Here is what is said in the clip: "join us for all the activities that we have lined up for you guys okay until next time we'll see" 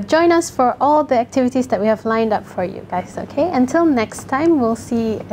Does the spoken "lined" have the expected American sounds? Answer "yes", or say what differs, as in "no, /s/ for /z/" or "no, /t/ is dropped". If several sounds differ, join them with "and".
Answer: yes